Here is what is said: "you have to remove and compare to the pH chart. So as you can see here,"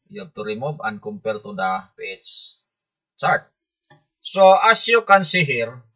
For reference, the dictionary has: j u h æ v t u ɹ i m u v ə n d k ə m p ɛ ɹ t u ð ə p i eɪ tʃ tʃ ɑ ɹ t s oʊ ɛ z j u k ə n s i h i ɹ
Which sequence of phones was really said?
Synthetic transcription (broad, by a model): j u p t u ɹ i m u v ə n k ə m p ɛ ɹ t u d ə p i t s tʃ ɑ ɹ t s oʊ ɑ s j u k ə n s i h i ɹ